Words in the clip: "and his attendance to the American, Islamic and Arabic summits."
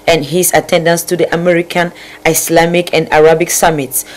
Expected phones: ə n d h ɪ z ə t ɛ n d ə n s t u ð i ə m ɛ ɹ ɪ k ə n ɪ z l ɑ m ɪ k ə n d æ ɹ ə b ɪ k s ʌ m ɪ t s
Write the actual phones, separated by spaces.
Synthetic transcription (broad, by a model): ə n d h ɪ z ə t ɛ n d ə n s t u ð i ə m ɛ ɹ ɪ k ə n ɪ s l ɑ m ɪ k ə n d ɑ ɹ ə b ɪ k s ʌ m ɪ t s